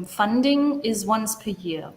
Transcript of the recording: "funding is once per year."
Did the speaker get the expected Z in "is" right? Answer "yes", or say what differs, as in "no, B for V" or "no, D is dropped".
yes